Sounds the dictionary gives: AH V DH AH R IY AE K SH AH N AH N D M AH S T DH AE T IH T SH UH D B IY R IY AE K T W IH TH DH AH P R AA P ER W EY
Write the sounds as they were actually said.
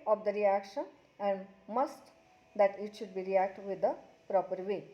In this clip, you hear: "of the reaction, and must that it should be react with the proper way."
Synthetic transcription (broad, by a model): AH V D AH R IY AE K SH AH N AH N D M AH S T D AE T IH T SH UH D B IY R IY AE K T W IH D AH P R AA P ER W EY